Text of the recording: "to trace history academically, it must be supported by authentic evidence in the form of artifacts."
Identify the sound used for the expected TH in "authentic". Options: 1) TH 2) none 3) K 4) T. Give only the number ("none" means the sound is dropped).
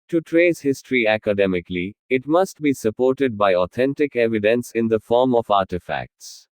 4